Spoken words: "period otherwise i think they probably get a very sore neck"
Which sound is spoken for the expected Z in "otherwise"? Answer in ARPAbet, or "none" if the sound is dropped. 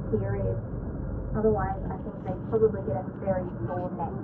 Z